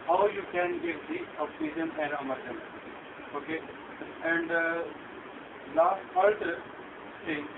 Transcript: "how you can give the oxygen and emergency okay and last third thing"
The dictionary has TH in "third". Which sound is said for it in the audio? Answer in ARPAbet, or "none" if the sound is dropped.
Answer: F